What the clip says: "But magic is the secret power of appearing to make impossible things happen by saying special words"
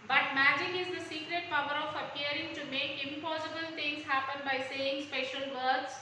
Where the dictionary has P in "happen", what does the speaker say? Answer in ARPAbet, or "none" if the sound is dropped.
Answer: P